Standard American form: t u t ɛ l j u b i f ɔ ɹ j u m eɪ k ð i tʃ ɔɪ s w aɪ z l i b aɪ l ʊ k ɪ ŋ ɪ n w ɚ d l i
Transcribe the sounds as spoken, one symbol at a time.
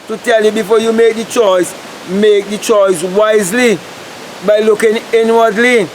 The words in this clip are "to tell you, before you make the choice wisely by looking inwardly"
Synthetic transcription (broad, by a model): t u t ɛ l j u b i f ɔ j u m eɪ k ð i tʃ ɔɪ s w aɪ z l i b aɪ l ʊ k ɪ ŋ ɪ n w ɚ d l i